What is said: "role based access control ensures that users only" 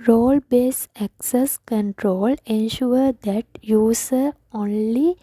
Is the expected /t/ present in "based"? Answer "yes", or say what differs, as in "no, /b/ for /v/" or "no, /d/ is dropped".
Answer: no, /t/ is dropped